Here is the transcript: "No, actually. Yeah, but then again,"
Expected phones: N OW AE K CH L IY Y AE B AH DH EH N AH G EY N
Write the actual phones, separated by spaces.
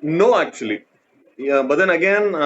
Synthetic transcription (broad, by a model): N OW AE K CH IY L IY B AH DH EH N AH G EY N